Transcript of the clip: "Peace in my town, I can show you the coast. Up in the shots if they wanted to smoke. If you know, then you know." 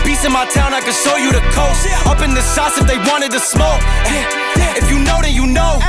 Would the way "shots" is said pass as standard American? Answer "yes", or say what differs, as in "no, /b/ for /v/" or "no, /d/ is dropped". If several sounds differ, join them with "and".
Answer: no, /s/ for /ʃ/